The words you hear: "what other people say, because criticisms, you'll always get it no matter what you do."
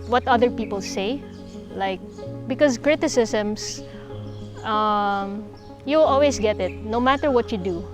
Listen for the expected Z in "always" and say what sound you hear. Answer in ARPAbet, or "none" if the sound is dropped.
S